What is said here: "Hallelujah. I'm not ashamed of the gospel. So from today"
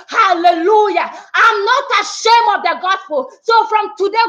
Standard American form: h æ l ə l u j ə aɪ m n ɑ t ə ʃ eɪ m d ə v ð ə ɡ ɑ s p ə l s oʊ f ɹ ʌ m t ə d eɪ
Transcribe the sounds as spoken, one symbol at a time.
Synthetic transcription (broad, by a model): h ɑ l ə l u j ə aɪ m n ɑ t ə ʃ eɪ m ə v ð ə ɡ ɑ s p ə l s oʊ f ɹ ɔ m t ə d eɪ